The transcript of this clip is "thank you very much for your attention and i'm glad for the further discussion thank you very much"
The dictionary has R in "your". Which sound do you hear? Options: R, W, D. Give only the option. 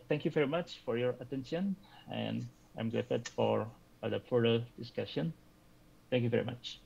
R